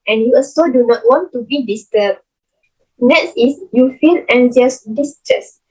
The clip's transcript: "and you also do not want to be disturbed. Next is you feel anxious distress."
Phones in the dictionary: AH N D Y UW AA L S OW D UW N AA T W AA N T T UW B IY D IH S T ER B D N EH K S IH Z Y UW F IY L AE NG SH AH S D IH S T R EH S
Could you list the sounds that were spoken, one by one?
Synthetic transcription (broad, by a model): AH N Y UW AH S OW D UW N AA T W AA N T T UW B IY D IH S T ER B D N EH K S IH S Y UW F IY L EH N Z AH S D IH S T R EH S